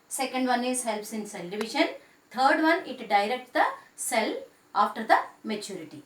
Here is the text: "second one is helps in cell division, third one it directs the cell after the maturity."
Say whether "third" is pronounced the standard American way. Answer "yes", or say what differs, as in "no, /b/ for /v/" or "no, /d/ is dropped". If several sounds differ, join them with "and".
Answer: no, /t/ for /θ/